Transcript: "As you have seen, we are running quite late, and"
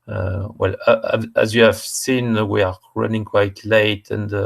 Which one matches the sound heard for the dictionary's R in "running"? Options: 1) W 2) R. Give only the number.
2